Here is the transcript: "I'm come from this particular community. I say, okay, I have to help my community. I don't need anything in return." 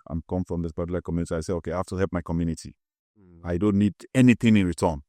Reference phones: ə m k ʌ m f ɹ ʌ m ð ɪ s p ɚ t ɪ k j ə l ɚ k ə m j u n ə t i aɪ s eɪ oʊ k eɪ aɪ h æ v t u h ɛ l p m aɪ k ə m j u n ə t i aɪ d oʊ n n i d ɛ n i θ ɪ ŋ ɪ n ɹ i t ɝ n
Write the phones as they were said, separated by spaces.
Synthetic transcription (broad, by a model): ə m k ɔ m f ɹ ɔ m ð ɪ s b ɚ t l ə ɪ k ə m j u n ə t i aɪ s eɪ oʊ k eɪ aɪ h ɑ f t u h ɛ l p m aɪ k ə m j u n ə t i aɪ d oʊ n n i d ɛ n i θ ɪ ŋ ɪ n ɹ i t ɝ n